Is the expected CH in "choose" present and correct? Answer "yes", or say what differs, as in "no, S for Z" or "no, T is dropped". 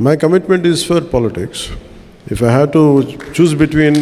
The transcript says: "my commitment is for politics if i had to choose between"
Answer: yes